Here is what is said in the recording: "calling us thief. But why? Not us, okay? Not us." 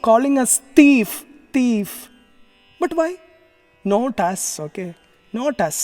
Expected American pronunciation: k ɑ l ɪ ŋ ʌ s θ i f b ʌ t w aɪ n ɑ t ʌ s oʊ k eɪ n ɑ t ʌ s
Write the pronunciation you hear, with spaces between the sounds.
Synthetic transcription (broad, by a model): k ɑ l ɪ ŋ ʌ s t i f b ʌ t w aɪ n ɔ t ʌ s oʊ k eɪ n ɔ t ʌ s